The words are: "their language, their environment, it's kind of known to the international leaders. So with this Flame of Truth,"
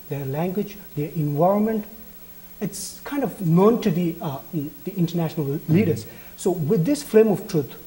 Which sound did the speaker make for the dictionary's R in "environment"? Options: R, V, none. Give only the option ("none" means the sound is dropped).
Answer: R